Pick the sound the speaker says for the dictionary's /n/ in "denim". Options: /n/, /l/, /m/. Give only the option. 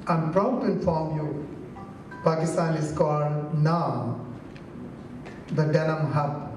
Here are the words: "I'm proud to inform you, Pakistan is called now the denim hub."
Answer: /l/